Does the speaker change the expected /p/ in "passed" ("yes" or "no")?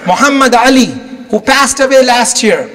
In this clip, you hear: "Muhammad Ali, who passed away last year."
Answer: no